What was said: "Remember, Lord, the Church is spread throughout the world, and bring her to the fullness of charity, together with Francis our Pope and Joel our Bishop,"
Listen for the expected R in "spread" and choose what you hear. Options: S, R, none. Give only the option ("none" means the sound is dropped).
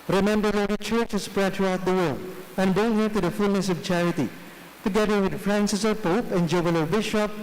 R